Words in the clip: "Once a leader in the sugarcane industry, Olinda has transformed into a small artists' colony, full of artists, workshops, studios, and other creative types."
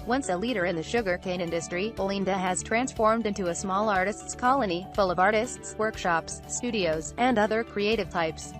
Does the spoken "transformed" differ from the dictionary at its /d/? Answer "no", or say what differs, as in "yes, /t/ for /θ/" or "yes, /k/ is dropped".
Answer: no